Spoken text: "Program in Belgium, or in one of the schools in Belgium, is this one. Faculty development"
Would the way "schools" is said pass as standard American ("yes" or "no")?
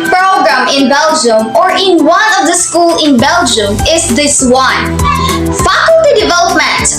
no